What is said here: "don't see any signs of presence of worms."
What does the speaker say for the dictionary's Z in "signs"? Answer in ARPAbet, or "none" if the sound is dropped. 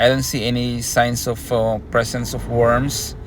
S